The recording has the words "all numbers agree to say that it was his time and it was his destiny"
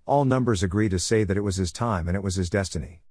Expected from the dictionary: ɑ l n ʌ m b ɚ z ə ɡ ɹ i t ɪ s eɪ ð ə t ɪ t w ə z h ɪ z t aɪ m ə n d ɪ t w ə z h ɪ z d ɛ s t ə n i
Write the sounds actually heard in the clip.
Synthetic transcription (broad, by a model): ɑ l n ʌ m b ɚ z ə ɡ ɹ i t ɪ s eɪ ð ə t ɪ t w ə z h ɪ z t aɪ m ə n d ɪ t w ə z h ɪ z d ɛ s t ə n i